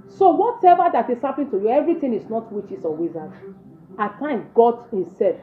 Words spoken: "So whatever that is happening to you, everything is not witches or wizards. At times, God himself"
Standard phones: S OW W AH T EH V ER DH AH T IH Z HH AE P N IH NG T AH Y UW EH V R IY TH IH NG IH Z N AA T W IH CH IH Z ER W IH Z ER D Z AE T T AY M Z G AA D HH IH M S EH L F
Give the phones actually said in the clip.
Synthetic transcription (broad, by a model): S OW W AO T EH V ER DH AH T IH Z HH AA P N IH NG T AH Y UW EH V R IY T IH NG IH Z N AA T W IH CH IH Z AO W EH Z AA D AA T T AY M G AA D HH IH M S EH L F